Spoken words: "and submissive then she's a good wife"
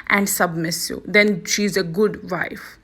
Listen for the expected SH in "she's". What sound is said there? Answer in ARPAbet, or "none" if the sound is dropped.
SH